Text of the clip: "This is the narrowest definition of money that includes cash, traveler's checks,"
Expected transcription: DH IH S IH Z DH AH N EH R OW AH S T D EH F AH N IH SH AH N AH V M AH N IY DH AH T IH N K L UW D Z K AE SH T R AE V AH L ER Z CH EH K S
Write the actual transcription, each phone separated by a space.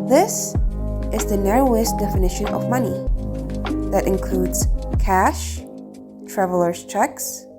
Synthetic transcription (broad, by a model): DH IH S IH Z DH AH N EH R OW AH S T D EH F AH N IH SH AH N AH V M AH N IY DH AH T IH N K L UW D Z K AE SH T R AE V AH L ER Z CH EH K S